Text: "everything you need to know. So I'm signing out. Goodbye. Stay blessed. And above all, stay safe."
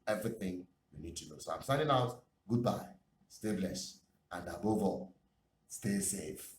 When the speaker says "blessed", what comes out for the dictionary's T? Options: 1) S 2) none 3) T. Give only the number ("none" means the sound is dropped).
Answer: 2